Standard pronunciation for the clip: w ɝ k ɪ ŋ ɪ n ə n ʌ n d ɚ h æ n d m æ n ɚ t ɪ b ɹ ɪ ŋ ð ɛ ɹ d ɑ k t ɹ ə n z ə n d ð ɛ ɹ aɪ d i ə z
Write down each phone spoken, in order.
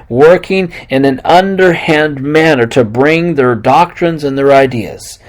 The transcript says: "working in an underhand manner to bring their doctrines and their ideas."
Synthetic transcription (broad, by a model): w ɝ k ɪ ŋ ɪ n ə n ʌ n d ɚ h æ n d m æ n ɚ t ɪ b ɹ ɪ ŋ ð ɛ ɹ d ɑ k t ɹ ə n z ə n ð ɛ ɹ aɪ d i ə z